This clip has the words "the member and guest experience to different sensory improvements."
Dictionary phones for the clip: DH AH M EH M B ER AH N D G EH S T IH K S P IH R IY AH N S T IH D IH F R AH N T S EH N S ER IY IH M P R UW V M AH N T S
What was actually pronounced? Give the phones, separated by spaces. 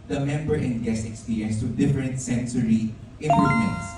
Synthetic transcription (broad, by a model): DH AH M EH M B ER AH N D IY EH S IH K S P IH R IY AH N S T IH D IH F R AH N T S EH N S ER IY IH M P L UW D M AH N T S